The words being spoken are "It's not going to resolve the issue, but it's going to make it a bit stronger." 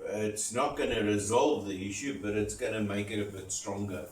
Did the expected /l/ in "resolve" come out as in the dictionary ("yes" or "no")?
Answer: yes